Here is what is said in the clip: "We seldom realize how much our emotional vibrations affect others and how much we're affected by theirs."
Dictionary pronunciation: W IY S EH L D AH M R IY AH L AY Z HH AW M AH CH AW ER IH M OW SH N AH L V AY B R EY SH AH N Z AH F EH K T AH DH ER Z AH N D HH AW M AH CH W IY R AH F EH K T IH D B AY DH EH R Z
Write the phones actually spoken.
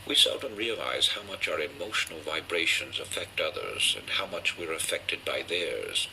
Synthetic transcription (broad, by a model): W IY S EH L D AH M R IY AH L AY Z HH AW M AH CH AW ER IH M OW SH N L V AY B R EY SH AH N Z AH F EH K T AH DH ER Z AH N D HH AW M AH CH W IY R AH F EH K T IH D B AY DH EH R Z